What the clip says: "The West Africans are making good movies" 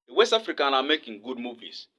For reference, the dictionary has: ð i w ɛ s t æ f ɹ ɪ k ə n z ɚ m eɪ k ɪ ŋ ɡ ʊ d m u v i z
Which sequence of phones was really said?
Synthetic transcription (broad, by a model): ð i w ɛ s t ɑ f ɹ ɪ k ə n ɑ m eɪ k ɪ ŋ ɡ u d m u v i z